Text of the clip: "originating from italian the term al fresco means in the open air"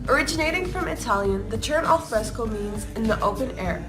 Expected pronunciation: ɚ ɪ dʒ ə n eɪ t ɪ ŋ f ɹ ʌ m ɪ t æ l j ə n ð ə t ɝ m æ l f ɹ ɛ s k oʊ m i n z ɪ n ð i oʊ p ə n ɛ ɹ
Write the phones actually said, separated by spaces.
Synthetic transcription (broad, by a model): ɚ ɪ dʒ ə n eɪ t ɪ ŋ f ɹ ʌ m ɪ t æ l j ə n ð ə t ɝ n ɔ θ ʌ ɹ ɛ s k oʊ m i n z ɪ n ð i oʊ p ə n ɛ ɹ